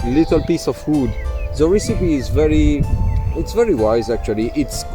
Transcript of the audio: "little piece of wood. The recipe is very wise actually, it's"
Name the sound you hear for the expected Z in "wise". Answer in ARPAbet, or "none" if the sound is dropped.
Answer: Z